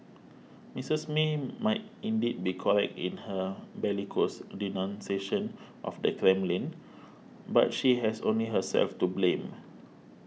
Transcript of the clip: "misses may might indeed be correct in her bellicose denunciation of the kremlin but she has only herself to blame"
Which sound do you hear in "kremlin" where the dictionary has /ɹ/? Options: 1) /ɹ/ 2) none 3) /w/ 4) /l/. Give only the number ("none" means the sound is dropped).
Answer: 1